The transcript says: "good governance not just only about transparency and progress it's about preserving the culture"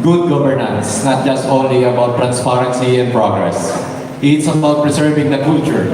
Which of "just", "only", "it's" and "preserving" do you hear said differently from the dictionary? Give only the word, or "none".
preserving